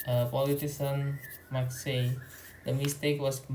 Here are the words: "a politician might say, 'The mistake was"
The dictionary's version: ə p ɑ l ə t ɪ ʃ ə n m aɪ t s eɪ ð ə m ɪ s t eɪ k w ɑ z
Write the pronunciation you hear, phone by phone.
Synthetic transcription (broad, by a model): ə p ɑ l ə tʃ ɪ s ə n m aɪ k s eɪ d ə m ɪ s t eɪ k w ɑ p